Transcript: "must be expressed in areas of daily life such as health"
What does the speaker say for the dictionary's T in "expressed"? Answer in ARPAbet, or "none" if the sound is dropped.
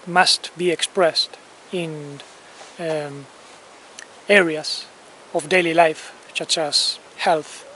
T